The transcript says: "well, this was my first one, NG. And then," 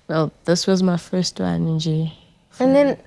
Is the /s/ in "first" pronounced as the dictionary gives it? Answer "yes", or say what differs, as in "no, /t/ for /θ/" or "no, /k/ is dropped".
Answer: yes